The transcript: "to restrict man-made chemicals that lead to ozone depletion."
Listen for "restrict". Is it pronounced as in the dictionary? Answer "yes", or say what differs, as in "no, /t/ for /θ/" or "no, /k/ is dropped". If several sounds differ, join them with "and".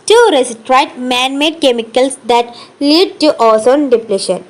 no, /k/ is dropped